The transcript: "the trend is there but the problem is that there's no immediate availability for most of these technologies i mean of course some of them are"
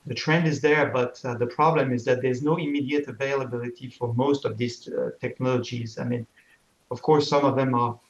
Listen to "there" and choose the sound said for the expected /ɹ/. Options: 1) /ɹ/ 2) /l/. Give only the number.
1